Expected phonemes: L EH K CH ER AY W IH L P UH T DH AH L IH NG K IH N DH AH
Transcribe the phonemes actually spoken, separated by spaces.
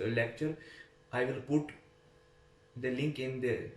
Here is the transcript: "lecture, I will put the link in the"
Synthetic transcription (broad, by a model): L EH K CH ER AY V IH L P UH T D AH L IH NG K IH N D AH